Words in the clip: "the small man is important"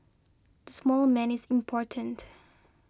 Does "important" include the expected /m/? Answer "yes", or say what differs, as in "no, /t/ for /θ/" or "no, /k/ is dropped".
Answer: yes